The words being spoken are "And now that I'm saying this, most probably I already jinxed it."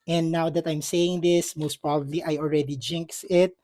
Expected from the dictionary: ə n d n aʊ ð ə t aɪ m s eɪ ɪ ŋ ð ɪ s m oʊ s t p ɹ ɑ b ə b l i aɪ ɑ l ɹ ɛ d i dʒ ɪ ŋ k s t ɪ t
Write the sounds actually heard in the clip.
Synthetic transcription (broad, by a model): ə n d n aʊ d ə t aɪ m s eɪ ɪ ŋ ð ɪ s m oʊ s t p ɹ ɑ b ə b l i aɪ ɑ l ɹ ɛ d i dʒ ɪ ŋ k s ɪ t